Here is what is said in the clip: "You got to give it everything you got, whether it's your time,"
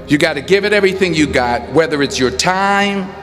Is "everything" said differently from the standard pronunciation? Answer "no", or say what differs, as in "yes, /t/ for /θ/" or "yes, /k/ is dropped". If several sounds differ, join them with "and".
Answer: no